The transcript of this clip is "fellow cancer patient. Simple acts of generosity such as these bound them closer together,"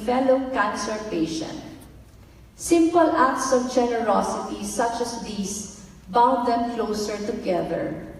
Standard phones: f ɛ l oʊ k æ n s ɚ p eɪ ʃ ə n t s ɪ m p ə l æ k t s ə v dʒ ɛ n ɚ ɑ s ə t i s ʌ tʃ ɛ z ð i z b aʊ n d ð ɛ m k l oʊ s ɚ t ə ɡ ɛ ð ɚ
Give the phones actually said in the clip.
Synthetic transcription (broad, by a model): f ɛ l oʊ k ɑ n s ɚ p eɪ ʃ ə n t s ɪ m p ə l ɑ k t s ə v dʒ ɛ n ɚ ɑ s ə t i s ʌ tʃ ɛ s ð i s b aʊ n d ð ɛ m k l oʊ s ɚ t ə ɡ ɛ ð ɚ